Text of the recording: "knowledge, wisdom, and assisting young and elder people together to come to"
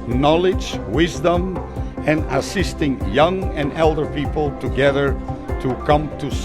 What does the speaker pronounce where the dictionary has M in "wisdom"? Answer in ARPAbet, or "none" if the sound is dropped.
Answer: M